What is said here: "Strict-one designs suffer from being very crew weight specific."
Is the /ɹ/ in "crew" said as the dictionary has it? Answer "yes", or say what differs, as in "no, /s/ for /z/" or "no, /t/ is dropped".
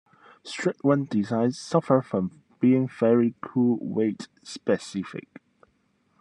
no, /ɹ/ is dropped